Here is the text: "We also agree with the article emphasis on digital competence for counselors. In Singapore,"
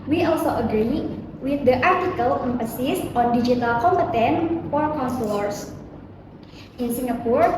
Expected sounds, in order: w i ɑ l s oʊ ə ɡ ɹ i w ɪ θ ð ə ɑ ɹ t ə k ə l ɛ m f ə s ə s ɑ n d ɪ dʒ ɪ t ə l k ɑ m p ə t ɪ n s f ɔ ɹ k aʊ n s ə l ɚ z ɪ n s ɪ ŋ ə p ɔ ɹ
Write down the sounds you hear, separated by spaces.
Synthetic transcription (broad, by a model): w i ɑ l s oʊ ə ɡ ɹ i w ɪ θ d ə ɑ ɹ t ə k ə l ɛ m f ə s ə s ɑ n d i dʒ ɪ t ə l k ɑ m p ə t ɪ n f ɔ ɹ k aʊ n s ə l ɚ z ɪ n s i ŋ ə p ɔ ɹ